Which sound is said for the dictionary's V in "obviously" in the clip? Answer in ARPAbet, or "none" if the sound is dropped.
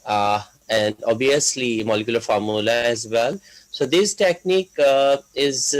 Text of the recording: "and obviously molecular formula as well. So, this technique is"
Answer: none